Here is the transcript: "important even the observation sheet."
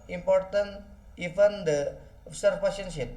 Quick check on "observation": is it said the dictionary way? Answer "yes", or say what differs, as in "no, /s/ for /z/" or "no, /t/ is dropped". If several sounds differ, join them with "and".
no, /p/ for /v/